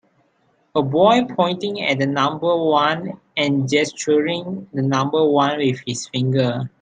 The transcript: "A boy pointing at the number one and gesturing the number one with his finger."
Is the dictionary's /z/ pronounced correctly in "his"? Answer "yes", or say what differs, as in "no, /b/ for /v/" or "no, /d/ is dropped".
no, /s/ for /z/